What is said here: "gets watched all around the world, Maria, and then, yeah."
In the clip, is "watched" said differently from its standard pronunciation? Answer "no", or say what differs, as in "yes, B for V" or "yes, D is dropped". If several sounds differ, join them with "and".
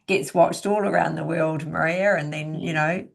no